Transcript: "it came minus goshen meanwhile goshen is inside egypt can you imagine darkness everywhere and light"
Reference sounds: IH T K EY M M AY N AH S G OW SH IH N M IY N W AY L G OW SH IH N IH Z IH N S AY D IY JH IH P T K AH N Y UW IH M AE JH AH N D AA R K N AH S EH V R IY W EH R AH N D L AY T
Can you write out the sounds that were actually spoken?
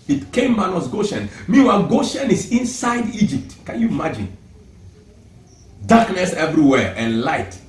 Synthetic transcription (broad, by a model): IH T K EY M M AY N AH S G OW SH IH N M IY W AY G OW SH IH N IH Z IH N S AY D IY JH IH P T K AH N Y UW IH M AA JH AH N D AA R K N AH S EH V R IY W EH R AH N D L AY T